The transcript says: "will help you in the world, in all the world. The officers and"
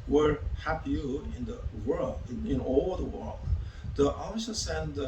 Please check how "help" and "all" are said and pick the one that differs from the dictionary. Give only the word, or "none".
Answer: help